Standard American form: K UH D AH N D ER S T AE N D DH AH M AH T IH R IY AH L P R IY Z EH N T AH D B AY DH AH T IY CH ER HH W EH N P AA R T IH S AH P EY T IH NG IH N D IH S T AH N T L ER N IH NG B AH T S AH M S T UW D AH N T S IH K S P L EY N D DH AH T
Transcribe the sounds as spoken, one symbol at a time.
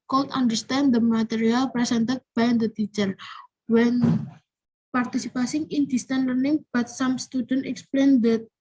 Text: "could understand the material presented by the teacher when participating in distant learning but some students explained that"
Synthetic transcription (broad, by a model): K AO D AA N D ER S T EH N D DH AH M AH T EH R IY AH L P R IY S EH N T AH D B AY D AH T IY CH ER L W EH N P AA R T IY S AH P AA S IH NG IH N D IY S T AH N L ER N IH NG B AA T S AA M S T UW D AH N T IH K S P L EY N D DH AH T